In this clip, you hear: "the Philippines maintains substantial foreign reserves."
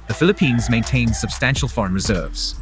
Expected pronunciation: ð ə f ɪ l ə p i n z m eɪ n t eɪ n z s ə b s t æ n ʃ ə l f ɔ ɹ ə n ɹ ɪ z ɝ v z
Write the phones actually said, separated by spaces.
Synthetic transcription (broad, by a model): ð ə f ɪ l ə p i n z m eɪ n t eɪ n s ə b s t æ n ʃ ə l f ɔ ɹ ə n ɹ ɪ z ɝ v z